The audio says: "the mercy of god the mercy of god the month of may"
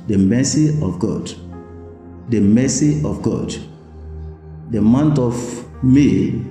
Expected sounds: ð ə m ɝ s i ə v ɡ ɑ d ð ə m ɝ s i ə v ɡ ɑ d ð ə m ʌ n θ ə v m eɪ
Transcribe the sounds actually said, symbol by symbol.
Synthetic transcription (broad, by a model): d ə m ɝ s i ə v ɡ ɑ d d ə m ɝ s i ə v ɡ ɑ d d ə m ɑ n t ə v m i